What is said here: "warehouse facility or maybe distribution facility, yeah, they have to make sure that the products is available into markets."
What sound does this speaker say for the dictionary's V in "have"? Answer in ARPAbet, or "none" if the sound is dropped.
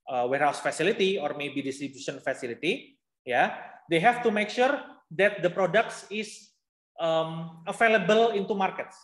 F